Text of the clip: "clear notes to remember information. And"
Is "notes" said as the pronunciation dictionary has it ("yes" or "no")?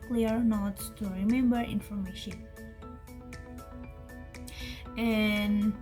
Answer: no